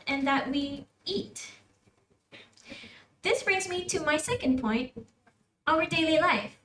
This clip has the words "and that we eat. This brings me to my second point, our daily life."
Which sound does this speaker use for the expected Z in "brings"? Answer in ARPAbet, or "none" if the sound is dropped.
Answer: Z